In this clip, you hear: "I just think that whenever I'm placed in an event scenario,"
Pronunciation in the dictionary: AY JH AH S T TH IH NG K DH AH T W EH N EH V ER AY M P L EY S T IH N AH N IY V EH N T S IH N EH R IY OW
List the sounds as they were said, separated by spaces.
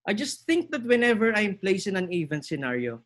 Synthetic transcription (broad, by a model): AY JH AH S T TH IH NG K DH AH T W EH N EH V ER AY M P L EY S IH N AH N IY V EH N S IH N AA R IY OW